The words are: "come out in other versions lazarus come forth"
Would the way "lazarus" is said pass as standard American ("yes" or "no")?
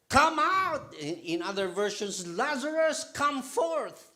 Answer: yes